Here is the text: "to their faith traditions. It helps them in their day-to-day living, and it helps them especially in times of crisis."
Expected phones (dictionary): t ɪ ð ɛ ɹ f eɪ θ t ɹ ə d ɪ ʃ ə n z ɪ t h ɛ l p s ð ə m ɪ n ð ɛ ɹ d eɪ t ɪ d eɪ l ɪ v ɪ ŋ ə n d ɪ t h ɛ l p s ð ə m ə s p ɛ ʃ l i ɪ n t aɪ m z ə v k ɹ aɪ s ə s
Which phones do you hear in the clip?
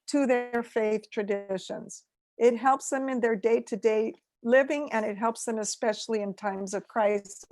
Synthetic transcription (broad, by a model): t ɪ ð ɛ ɹ f eɪ θ t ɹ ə d ɪ ʃ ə n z ɪ t h ɛ l p s ð ə m ɪ n ð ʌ ɹ d eɪ t ɪ d eɪ l ɪ v ɪ ŋ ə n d ɪ t h ɛ l p s ð ə m ə s p ɛ ʃ l i ɪ n t aɪ m z ə v k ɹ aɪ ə s